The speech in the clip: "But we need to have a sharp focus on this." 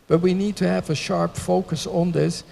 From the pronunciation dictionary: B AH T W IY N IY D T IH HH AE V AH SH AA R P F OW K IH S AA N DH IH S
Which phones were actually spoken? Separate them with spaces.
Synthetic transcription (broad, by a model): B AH T W IY N IY D T IH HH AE V AH SH AA R P F OW K IH S N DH IH S